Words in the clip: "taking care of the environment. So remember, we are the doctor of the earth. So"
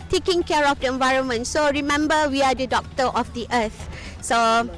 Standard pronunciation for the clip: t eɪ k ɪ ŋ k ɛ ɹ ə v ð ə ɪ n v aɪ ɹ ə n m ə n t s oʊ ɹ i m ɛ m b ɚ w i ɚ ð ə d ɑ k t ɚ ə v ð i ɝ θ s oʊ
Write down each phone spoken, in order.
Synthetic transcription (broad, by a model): t eɪ k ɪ ŋ k ɛ ɹ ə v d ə ɪ n v aɪ ɹ ə n m ə n t s oʊ ɹ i m ɛ m b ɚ w i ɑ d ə d ɑ k t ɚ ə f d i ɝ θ s oʊ